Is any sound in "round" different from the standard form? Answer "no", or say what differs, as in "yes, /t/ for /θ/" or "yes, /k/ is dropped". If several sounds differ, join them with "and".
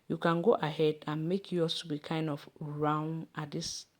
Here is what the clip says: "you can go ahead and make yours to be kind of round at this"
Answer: yes, /d/ is dropped